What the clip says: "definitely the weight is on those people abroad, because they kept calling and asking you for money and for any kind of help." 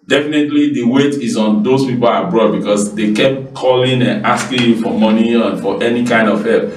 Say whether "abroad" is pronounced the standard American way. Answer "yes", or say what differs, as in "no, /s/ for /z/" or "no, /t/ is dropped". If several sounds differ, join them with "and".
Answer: yes